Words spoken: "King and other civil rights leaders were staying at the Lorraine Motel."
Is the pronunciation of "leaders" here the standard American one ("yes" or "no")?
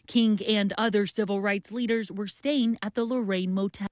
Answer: yes